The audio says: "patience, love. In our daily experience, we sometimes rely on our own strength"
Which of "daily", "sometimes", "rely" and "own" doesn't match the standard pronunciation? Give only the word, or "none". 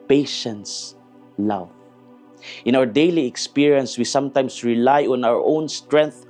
sometimes